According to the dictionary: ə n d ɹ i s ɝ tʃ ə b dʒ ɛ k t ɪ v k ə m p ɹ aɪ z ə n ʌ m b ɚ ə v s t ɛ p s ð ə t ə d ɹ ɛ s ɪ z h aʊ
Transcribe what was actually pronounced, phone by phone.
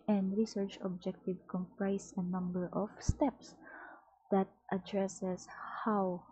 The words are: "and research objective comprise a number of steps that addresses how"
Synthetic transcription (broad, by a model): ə n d ɹ i s ɝ tʃ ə b dʒ ɛ k t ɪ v k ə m p ɹ aɪ s ə n ʌ m b ɚ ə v s t ɛ p s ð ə t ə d ɹ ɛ s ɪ s h aʊ